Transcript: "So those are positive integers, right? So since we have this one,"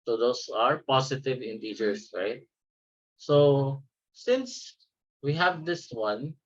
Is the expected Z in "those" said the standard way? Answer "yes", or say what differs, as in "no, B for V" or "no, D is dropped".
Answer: no, S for Z